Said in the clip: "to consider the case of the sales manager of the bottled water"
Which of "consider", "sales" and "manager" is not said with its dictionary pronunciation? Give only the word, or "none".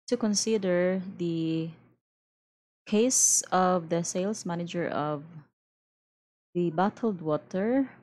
sales